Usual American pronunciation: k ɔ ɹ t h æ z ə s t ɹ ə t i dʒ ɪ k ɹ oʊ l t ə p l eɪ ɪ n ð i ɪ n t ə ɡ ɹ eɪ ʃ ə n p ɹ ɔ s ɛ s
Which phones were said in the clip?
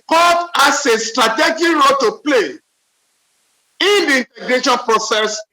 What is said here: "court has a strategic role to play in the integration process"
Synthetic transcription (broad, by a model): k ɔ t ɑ s ə s t ɹ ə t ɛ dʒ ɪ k ɹ oʊ l t ə p l eɪ ɪ n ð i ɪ n t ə ɡ ɹ eɪ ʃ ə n p ɹ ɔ s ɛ s